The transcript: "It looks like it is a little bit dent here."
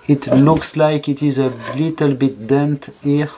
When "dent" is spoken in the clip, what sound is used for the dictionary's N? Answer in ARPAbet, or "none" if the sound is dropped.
N